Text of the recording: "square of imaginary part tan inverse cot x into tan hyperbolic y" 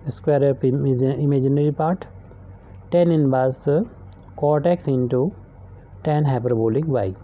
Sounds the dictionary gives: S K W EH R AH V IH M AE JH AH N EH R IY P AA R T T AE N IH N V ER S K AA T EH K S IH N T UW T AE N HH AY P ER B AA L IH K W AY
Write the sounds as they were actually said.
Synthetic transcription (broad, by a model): S K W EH R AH P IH M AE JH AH N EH R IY P AA R T T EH N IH N B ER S K AA T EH K S IH N T UW T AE N HH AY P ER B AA L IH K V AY